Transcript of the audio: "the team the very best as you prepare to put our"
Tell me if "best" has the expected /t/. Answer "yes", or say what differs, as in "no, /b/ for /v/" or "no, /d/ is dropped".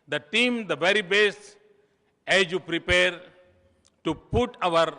no, /t/ is dropped